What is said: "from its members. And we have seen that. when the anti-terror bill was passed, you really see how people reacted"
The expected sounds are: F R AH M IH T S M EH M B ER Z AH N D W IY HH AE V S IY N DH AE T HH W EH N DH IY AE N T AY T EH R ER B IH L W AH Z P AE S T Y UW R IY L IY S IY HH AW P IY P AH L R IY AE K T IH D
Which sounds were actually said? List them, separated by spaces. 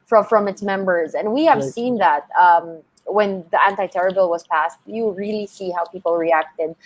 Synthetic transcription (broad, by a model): F R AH M IH T S M EH M B ER Z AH N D W IY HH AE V S IY N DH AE T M W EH N DH IY AE N T AY T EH R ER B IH L W AH Z P AE S T Y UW R IY L IY S IY HH AW P IY P L R IY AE K T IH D